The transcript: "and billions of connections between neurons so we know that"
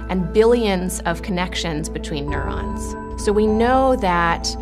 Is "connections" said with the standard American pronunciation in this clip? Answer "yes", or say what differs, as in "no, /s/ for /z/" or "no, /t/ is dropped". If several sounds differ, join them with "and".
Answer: yes